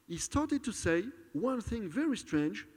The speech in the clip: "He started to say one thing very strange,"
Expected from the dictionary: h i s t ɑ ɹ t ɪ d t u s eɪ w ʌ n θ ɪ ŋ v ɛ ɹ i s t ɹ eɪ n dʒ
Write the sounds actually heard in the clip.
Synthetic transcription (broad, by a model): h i s t ɑ ɹ t ɪ d t u s eɪ w ʌ n θ ɪ ŋ v ɛ ɹ i s t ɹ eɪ n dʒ